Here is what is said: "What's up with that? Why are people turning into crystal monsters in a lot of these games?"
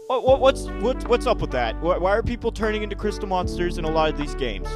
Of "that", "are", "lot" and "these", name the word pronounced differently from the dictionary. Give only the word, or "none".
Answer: none